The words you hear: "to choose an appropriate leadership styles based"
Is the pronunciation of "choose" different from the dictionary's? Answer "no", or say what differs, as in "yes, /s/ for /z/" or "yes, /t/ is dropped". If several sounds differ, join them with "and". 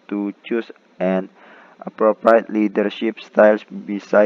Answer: yes, /s/ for /z/